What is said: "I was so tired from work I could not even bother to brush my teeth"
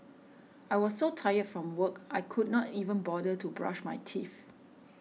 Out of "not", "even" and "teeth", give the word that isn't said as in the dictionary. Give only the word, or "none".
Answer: teeth